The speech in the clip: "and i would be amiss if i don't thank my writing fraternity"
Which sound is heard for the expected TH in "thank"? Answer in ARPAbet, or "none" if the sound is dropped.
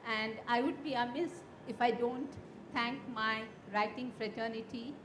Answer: T